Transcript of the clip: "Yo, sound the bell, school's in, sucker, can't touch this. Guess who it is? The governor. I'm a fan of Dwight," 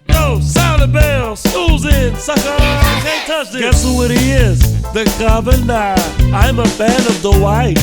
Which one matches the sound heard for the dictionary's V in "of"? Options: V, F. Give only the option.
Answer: V